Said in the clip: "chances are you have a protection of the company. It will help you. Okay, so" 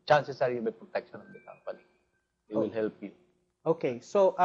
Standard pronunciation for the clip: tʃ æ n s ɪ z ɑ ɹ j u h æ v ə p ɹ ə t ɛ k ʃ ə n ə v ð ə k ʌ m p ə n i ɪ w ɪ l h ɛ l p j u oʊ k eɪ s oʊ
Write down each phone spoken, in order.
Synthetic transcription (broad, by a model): tʃ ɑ n s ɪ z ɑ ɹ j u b ə p ɹ ə t ɛ k ʃ ə n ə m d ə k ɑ p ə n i ɪ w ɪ l h ɛ l p j u oʊ k eɪ s oʊ